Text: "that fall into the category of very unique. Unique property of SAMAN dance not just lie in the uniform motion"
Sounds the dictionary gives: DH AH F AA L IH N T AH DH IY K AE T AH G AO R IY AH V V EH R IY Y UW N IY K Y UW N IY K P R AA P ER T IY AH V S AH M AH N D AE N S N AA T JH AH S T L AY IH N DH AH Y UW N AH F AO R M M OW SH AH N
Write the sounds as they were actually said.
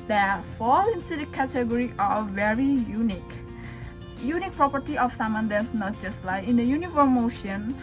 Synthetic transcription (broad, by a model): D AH F AA L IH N S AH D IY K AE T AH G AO R IY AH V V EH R IY Y UW N IY K Y UW N IY K P R AA P ER T IY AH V S AH M AH N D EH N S N AA T JH AH S T L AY IH N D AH Y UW N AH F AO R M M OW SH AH N